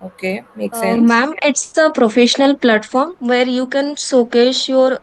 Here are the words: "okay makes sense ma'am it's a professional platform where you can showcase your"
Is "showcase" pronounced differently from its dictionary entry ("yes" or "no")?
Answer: yes